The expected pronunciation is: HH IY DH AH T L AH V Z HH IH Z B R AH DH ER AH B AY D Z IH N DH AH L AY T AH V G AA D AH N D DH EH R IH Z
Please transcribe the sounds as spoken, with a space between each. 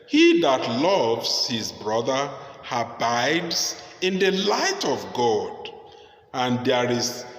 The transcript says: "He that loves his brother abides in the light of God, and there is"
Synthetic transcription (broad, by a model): HH IY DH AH T L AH V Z HH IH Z B R AH DH ER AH B AY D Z IH N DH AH L AY T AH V G AA D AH N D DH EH R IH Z